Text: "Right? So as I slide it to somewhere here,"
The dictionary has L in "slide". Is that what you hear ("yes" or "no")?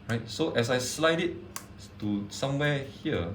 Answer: yes